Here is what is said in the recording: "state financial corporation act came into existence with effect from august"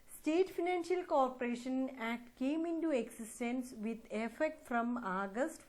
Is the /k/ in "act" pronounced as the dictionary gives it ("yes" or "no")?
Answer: no